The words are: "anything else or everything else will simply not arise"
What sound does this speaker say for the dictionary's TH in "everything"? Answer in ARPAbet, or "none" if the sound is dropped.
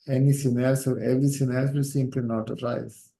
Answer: S